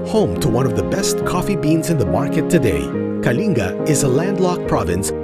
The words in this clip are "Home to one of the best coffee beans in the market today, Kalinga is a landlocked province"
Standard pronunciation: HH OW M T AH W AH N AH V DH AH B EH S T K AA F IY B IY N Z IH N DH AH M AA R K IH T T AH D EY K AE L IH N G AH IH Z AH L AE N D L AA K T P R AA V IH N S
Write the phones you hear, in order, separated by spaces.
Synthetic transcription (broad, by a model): HH OW M T AH W AH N AH V DH AH B EH S T K AA F IY B IY N Z IH N DH AH M AA R K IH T T AH D EY K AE L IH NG G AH IH Z AH L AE N D L AA K P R AA V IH N S